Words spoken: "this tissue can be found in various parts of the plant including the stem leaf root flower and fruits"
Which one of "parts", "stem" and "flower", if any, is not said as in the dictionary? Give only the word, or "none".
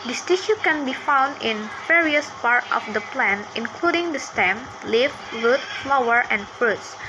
parts